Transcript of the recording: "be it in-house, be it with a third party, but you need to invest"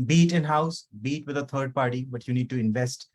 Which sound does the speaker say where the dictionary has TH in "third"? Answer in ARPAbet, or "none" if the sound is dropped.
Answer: T